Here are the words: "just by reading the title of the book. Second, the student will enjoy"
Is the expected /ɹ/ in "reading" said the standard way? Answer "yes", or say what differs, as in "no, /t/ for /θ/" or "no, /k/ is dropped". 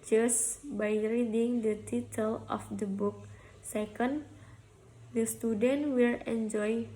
yes